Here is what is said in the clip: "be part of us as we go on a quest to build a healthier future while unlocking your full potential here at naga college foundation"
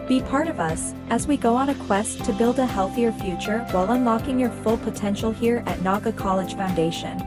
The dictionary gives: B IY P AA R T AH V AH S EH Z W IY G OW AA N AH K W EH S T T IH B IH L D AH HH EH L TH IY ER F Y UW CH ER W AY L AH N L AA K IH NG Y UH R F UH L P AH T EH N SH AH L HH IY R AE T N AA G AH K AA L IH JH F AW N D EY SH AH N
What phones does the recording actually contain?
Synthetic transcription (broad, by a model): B IY P AA R T AH V AH S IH Z W IY G OW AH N AH K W EH S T T IH B IH L D AH HH EH L TH IY ER F Y UW CH ER W AY L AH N L AA K IH NG Y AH R F UH L P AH T EH N SH L HH IY R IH T N AA G AH K AA L IH JH F AW N D EY SH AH N